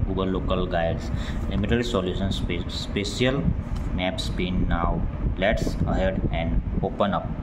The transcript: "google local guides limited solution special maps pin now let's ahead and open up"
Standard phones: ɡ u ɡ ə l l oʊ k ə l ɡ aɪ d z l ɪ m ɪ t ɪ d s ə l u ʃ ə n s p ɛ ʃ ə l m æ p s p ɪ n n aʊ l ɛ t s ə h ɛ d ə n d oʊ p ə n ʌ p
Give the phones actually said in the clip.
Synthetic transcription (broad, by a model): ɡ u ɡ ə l l oʊ k ə l ɡ aɪ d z l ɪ m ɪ t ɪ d s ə l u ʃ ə n s p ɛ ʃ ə l m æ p s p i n n aʊ l ɛ t s ə h ɛ d ə n d oʊ p ə n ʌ p